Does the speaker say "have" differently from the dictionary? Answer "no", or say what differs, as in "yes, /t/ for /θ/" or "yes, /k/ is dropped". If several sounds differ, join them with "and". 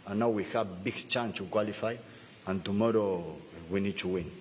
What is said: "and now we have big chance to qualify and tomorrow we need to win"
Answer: yes, /b/ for /v/